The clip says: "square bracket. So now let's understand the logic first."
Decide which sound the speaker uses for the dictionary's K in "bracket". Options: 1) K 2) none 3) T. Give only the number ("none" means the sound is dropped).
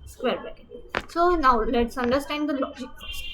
2